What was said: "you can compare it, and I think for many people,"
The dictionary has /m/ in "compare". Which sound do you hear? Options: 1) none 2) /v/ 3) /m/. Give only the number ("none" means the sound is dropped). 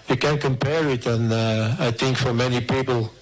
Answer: 3